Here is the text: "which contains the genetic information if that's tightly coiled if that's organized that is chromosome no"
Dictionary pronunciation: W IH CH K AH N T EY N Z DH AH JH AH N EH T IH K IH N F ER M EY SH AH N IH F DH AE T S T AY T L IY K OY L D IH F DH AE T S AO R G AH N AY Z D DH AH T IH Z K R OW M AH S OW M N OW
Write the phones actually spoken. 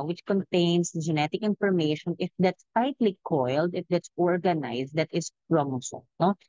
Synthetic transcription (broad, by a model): W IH CH K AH N T EY N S JH AH N EH T IH K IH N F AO M EY SH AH N IH F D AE T S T AY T L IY K OY L D IH F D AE T S AO R G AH N AY S D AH T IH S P R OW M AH S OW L N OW